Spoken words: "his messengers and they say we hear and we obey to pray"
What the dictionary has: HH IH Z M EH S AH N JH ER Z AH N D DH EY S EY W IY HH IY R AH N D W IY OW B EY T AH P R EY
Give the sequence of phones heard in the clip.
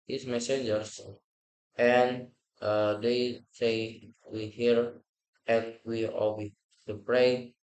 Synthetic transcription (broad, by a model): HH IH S M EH S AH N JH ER S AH N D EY S EY W IY HH IY R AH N W IY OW EY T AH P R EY